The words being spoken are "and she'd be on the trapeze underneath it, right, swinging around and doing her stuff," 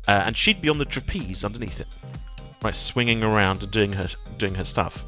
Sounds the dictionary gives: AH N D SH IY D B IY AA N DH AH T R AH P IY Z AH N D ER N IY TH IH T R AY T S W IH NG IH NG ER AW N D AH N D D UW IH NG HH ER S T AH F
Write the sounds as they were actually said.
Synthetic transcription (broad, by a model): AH N SH IY D B IY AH N DH AH T R AH P IY Z AH N D ER N IY TH IH T R AY T S W IH NG IH NG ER AW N D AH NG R D UW IH NG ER S T AH F